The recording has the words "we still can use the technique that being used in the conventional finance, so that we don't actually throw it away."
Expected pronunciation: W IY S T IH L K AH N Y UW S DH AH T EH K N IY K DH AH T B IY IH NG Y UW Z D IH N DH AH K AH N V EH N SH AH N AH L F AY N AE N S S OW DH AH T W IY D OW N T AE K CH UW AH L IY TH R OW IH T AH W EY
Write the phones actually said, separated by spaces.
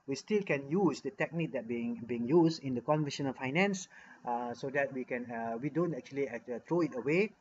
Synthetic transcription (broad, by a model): W IY S T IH L K AH N Y UW S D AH T EH K N IY K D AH T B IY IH NG Y UW S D IH N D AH K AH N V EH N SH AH N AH L F AY N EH N S S OW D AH T W IY D OW N T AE K CH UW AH L IY T R OW IH T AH W EY